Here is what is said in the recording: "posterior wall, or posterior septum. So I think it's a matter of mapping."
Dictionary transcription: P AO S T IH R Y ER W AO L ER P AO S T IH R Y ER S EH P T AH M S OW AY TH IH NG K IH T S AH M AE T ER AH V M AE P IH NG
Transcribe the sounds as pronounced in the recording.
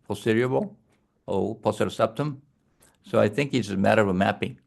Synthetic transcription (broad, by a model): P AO S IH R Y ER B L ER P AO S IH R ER S EH P T AH M S OW AY TH IH NG K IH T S AH M AE T ER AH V M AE P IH NG